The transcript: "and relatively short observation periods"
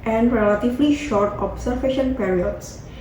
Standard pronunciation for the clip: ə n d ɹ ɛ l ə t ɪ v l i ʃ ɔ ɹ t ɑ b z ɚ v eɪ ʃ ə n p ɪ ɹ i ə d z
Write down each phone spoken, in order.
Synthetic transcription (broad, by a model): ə n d ɹ ɛ l ə t ɪ v l i ʃ ɔ ɹ t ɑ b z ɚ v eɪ ʃ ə n p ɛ ɹ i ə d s